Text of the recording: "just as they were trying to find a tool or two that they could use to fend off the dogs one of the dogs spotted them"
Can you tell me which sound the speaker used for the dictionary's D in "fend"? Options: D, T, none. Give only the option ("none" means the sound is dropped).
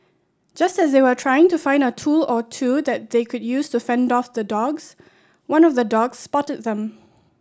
D